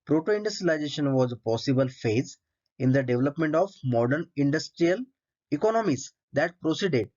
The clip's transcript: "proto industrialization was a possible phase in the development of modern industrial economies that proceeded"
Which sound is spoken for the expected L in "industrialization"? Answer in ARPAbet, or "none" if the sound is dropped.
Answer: none